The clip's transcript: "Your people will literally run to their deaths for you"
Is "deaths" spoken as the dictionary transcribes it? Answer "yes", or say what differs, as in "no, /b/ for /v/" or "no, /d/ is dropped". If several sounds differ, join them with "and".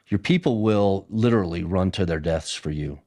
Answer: yes